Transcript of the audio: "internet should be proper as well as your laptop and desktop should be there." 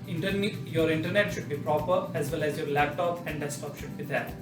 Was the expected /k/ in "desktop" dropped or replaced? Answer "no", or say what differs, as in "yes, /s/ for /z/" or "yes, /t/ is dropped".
yes, /k/ is dropped